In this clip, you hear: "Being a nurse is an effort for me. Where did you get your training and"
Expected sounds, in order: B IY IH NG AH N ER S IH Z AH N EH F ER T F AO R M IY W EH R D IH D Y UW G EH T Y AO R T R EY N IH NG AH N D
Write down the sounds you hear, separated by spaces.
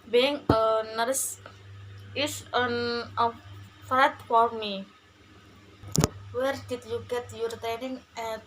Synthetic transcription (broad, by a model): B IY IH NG AH N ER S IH S AH N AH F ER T F AO R M IY W EH R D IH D Y UW G EH T Y AO R T EY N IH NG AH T